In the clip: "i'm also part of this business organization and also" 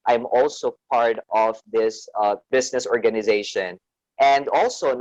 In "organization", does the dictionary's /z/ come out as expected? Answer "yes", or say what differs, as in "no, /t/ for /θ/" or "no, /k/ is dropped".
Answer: yes